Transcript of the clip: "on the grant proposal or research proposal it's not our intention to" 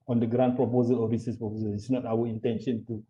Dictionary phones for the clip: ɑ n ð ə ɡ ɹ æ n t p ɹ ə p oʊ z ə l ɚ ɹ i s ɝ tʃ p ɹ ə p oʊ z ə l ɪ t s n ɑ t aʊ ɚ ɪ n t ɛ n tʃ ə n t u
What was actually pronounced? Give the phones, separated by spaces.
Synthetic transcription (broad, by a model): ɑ n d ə ɡ ɹ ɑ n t p ɹ ə p oʊ z ə l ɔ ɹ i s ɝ s p ɹ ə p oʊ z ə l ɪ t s n ɑ t aʊ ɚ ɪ n t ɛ n ʃ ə n t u